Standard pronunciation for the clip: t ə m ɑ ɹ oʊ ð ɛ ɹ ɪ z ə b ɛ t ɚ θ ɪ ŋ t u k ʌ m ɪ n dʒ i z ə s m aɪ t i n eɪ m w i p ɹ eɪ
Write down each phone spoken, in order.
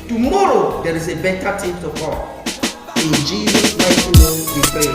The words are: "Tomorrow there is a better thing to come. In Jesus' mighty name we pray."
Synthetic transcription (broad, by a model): t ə m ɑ ɹ oʊ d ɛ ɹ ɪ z ə b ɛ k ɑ t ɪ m t u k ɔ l ɪ n dʒ i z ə s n aɪ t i n eɪ m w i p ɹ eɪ